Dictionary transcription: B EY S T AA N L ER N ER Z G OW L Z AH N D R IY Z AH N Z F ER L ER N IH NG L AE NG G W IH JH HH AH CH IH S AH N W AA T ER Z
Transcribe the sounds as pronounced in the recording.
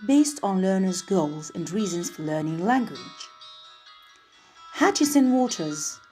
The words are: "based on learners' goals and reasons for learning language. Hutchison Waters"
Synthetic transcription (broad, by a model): B EY S T N L ER N ER Z G OW L Z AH N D R IY Z AH N Z F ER L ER N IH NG L AE NG G W IH JH HH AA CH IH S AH N W AA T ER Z